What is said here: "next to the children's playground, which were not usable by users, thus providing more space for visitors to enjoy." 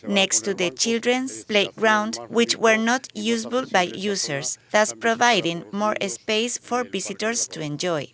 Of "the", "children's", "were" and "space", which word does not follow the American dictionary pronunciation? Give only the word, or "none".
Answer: children's